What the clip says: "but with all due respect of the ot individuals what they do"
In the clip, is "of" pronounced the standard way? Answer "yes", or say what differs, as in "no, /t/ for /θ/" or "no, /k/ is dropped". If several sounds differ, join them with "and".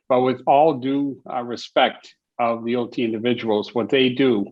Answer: yes